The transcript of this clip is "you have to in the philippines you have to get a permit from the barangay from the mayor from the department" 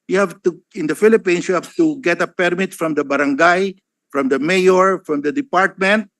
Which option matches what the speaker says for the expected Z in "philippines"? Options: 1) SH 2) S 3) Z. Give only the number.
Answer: 2